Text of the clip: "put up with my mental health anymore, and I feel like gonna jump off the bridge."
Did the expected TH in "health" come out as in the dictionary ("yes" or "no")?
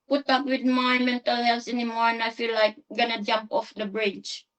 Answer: no